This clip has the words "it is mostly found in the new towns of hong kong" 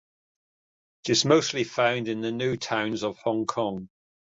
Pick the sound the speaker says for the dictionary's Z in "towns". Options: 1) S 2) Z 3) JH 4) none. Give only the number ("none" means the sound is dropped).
2